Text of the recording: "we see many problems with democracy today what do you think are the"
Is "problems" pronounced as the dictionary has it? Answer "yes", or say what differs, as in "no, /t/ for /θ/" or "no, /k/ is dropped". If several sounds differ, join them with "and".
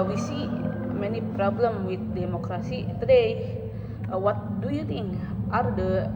no, /z/ is dropped